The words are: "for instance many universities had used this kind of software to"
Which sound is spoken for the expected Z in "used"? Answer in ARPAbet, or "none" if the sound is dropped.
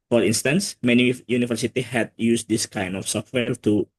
S